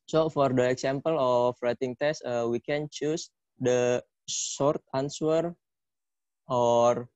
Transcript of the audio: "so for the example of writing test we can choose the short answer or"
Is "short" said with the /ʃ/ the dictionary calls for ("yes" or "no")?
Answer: no